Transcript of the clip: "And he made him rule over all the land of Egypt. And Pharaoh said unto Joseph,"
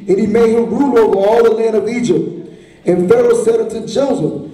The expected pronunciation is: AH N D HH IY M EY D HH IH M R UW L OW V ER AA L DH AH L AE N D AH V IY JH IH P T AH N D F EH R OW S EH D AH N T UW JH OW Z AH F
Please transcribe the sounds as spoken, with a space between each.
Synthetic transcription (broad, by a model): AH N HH IY M EY D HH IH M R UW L OW V ER AA L DH AH L AE N D AH V IY JH IH P T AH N F EH R OW S EH D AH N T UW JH OW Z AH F